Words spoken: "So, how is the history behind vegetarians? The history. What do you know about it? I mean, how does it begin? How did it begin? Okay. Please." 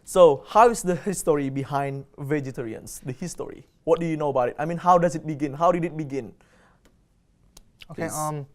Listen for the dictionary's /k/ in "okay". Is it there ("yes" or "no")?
no